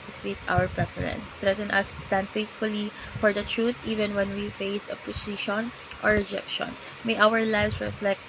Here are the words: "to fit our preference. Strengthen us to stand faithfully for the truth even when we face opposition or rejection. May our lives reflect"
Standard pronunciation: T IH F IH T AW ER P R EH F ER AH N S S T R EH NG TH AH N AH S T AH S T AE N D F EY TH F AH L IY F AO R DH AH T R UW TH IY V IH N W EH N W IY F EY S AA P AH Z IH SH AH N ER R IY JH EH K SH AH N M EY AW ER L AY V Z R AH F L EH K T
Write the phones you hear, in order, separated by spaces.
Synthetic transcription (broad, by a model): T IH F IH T AW ER P R EH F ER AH N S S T R EH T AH N AH S T AH S T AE N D F EY T F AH L IY F AO R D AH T R UW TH IY V IH N W EH N W IY F EY S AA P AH S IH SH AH N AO R IY JH EH K SH AH N M EY AW ER L AY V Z R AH F L EH K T